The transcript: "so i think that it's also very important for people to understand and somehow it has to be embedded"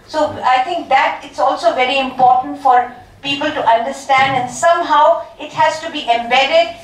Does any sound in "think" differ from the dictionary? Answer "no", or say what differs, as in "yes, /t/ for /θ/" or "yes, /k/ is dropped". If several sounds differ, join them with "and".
yes, /t/ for /θ/